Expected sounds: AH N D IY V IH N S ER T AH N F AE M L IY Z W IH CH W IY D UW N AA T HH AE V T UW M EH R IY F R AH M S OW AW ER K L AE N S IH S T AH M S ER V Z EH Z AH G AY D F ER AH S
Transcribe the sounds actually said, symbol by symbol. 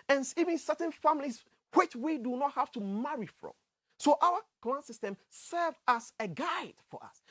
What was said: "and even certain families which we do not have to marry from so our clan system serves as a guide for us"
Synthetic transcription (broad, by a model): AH N IY V IH N S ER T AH N F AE M L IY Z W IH CH W IY D UW N AA T HH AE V T UW M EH R IY F R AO M S OW AW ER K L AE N S IH S T AH M S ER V AA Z AH G AY D F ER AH S